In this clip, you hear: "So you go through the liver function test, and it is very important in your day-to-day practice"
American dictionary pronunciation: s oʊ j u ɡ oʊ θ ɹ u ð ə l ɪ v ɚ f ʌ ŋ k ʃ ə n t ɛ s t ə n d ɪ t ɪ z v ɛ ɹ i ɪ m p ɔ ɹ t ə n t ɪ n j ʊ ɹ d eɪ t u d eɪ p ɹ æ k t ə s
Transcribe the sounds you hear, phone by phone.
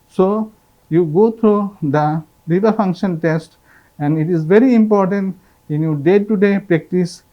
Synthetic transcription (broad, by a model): s oʊ j u ɡ oʊ t ɹ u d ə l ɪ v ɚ f ʌ ŋ k ʃ ə n t ɛ s t ə n d ɪ t ɪ z v ɛ ɹ i ɪ m p ɔ ɹ t ə n t ɪ n j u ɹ d eɪ t u d eɪ p ɹ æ k t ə s